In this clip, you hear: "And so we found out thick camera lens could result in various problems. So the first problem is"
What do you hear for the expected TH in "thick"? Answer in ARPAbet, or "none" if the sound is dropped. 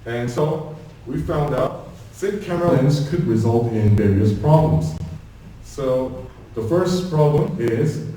S